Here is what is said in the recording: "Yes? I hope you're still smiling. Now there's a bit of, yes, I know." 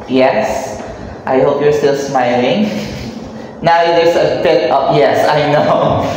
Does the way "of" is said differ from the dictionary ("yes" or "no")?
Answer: yes